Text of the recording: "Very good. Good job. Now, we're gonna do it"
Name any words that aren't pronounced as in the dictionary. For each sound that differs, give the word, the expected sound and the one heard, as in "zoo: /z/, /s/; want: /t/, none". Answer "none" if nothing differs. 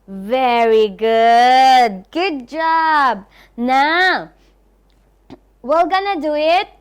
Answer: we're: /ɹ/, /l/